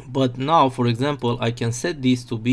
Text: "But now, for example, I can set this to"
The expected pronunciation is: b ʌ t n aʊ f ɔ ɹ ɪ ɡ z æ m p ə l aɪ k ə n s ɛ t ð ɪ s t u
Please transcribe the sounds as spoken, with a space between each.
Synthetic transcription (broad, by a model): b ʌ t n aʊ f ɔ ɹ ɪ ɡ z æ m p ə l aɪ k ə n s ɛ t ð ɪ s t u